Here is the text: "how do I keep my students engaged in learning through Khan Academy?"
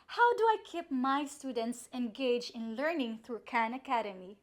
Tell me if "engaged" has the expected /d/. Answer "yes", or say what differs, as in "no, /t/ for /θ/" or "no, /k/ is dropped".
no, /d/ is dropped